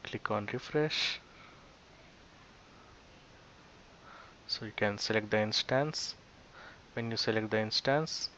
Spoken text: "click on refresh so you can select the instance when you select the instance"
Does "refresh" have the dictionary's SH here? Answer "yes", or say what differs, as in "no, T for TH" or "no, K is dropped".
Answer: yes